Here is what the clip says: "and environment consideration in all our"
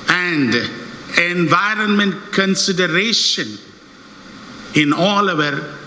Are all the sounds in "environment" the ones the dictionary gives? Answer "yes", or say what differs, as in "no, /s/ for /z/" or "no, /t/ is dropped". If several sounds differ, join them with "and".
yes